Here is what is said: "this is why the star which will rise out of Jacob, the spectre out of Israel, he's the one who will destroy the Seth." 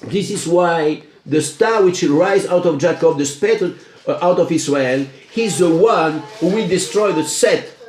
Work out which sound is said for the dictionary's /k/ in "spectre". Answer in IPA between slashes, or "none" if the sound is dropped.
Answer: none